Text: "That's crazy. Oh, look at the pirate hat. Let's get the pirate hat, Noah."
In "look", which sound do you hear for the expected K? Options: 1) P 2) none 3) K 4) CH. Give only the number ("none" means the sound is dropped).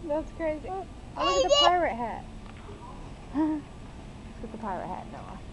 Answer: 2